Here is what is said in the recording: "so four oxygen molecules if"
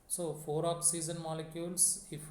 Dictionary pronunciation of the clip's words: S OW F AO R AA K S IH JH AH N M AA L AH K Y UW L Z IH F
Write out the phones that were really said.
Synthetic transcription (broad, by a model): S OW F AO R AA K S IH Z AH N M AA L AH K Y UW L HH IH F